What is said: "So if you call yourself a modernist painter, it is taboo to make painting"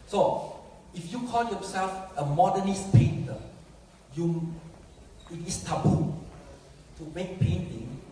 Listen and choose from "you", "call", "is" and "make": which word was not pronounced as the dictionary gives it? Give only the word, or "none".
is